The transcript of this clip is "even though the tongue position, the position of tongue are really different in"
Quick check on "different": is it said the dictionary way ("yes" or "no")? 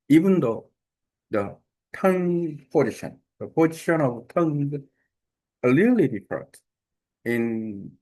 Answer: no